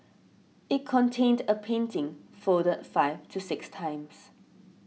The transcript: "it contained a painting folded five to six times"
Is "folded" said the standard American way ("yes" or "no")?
no